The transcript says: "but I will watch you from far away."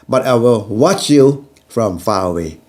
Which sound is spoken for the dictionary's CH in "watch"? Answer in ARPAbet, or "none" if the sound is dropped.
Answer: CH